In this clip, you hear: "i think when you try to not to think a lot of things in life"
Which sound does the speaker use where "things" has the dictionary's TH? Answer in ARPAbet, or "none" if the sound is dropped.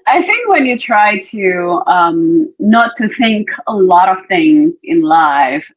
TH